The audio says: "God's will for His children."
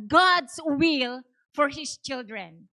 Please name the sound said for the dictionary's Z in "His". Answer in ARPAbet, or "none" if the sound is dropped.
S